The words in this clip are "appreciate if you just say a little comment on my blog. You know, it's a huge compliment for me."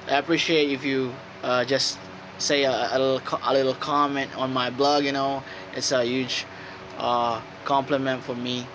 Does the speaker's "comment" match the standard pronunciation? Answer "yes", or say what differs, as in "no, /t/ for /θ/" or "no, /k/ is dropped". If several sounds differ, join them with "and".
yes